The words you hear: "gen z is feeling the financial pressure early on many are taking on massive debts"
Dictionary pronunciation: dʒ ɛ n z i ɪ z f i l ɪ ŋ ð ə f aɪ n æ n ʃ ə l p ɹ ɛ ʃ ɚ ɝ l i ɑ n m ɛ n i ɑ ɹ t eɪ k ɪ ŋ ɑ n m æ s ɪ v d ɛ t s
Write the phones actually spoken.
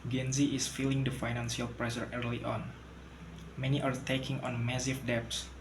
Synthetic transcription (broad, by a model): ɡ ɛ n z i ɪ s f i l ɪ ŋ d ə f aɪ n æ n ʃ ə l p ɹ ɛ s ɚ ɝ l i ɑ n m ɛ n i ɑ ɹ t eɪ k ɪ ŋ ɑ n m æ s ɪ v d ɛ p s